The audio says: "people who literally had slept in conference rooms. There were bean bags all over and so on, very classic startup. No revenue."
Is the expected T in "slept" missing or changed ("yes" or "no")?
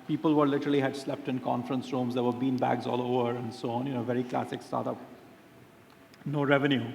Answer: no